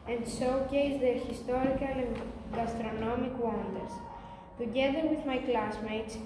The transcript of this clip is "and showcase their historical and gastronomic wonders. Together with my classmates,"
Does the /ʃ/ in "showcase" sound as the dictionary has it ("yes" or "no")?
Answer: no